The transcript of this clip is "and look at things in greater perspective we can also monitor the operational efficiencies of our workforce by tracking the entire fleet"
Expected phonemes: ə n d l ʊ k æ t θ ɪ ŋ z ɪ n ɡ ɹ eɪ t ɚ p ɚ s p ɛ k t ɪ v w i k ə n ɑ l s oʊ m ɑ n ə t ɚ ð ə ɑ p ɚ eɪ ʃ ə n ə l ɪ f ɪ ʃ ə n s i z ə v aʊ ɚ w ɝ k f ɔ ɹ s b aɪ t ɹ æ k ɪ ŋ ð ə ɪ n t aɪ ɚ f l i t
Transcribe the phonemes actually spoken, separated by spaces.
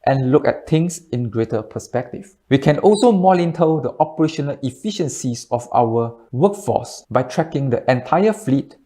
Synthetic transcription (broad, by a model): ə n l ʊ k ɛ t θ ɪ ŋ s ɪ n ɡ ɹ eɪ t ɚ p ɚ s p ɛ k t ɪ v w i k ə n ɑ l s oʊ m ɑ l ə t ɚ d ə ɑ p ɚ eɪ ʃ ə n ə l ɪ f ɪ ʃ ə n s i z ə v aʊ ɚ w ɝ k f ɔ s b aɪ t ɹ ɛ k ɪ ŋ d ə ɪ n t aɪ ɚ f l i t